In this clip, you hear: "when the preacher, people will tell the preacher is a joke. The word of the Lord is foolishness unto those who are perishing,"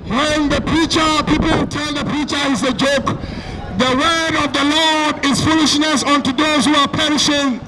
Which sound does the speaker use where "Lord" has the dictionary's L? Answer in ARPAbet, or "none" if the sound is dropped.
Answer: L